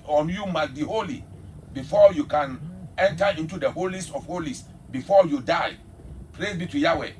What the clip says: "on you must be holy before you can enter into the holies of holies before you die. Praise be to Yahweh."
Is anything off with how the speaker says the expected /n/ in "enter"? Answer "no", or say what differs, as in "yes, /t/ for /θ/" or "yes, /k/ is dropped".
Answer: no